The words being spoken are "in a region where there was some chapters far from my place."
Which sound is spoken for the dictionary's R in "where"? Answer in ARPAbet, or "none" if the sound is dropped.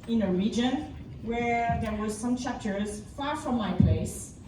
R